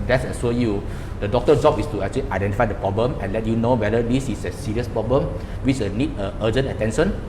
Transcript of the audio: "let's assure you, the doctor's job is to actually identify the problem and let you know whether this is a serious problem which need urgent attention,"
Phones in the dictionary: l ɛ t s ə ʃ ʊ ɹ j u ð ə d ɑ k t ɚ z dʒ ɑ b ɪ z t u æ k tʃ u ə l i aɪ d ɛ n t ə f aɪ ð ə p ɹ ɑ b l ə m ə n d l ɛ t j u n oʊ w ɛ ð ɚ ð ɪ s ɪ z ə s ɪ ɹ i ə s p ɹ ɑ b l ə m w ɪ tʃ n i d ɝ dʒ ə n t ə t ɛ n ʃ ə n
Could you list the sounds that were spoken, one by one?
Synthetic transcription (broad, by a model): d ɛ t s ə s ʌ j u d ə d ɑ k t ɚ dʒ ɑ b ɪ s t u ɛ k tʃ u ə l i aɪ d ɛ n t ə f aɪ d ə p ɹ ɑ b l ə m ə n l ɛ t j u n oʊ w ɛ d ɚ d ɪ s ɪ s ə s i ɹ i ə s p ɹ ɑ b l ə m w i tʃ n i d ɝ dʒ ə n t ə t ɛ n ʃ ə n